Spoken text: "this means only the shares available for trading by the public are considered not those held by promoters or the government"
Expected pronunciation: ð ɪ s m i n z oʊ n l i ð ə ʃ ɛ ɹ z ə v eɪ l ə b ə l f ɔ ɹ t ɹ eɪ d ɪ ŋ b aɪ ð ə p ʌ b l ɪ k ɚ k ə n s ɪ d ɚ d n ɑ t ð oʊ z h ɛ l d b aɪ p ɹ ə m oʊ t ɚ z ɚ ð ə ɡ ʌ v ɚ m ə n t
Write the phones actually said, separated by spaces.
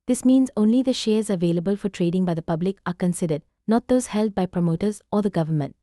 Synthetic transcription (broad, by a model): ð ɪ s m i n z oʊ n l i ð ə ʃ ɛ ɹ z ə v eɪ l ə b ə l f ɔ ɹ t ɹ eɪ d ɪ ŋ b aɪ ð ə p ʌ b l ɪ k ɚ k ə n s ɪ d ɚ d n ɑ t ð oʊ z h ɛ l d b aɪ p ɹ ə m oʊ t ɚ z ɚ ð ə ɡ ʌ v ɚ m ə n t